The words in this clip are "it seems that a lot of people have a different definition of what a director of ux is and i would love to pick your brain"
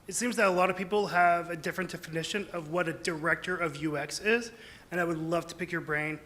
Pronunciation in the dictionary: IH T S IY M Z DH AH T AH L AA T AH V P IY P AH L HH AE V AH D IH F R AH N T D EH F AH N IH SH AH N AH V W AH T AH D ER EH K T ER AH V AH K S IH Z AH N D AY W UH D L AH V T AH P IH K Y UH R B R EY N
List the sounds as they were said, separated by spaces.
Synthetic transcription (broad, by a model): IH T S IY M Z DH AH T AH L AA T AH V P IY P L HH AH V AH D IH F R AH N T D EH F AH N IH SH AH N AH V W AH T AH D ER EH K T ER AH V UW K S IH Z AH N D AY W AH D L AH V T AH P IH K Y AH R B R EY N